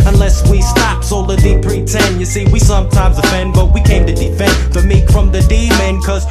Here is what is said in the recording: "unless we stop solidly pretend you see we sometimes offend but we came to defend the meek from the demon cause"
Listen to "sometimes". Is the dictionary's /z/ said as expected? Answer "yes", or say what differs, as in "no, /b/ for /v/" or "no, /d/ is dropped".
yes